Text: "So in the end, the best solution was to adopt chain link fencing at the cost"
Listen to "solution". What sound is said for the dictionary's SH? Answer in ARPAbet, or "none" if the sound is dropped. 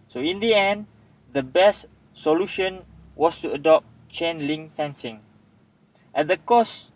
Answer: SH